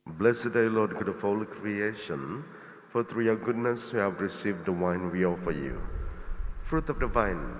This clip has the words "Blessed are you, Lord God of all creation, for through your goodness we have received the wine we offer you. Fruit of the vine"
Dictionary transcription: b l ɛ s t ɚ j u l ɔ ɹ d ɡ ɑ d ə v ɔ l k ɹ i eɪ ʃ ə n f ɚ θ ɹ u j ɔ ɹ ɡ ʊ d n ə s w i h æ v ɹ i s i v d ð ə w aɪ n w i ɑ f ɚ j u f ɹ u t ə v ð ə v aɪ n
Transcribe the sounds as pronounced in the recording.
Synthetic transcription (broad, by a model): b l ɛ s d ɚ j l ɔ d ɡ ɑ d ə f ɔ l k ɹ i eɪ ʃ ə n f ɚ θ ɹ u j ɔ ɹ ɡ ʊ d n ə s w i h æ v ɹ i s i v d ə w aɪ n w i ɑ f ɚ j u f ɹ u t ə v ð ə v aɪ n